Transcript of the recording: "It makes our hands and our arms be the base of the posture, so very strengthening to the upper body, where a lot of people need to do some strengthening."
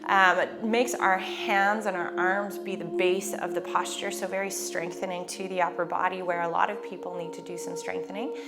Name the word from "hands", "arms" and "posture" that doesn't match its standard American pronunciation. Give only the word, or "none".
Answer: none